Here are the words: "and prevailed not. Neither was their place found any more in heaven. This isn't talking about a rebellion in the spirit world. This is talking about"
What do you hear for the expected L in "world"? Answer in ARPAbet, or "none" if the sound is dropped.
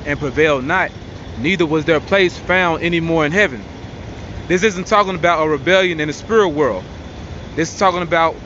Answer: L